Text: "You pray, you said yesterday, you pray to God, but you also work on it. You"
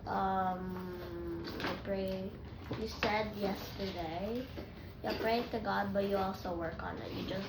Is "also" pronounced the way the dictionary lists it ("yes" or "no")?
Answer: no